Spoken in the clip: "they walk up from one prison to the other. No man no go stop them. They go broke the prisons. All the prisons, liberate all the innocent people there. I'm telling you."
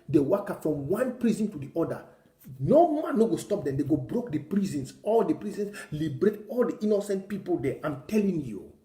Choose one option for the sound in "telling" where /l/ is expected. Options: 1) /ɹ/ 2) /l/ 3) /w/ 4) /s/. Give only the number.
2